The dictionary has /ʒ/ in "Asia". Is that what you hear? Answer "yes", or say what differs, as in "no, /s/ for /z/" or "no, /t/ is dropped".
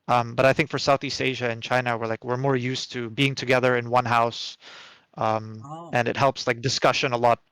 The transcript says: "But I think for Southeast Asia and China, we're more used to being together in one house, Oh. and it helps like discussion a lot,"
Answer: yes